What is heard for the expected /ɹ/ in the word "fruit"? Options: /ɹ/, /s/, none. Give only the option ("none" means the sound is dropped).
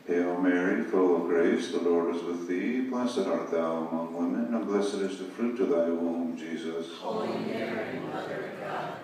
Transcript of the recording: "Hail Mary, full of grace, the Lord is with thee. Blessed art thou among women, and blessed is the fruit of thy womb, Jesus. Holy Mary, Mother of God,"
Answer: /ɹ/